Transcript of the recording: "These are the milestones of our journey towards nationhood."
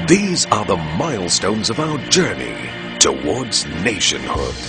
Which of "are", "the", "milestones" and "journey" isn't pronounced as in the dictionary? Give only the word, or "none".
none